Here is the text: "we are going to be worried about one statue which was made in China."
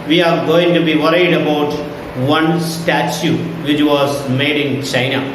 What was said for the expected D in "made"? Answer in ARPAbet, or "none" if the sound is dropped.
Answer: D